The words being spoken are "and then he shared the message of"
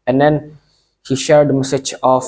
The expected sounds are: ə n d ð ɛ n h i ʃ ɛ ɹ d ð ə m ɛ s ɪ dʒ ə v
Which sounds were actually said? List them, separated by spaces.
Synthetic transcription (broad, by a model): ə n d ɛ n h i ʃ ɛ ɹ d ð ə m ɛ s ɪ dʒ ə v